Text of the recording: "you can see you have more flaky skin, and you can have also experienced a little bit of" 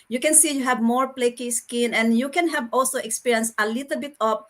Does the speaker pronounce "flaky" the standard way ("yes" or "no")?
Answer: no